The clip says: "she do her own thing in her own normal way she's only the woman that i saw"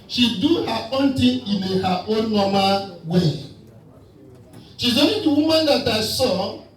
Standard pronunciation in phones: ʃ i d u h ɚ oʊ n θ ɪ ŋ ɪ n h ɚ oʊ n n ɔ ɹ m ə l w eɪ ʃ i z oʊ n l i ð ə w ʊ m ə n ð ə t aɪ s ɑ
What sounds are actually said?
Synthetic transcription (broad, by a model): ʃ i d u h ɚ oʊ n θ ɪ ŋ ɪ n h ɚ oʊ n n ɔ m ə w eɪ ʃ i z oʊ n i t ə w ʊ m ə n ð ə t aɪ s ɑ